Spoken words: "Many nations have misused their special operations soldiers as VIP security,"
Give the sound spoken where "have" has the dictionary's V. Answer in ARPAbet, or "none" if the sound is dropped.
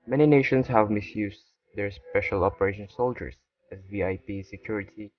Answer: V